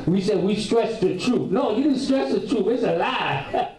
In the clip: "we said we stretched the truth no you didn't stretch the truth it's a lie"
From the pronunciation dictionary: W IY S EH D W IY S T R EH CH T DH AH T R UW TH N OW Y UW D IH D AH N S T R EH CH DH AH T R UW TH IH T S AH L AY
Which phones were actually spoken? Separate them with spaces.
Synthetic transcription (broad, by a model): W IY S EH D W IY S T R EH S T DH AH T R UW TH N OW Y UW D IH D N S T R EH S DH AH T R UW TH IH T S AH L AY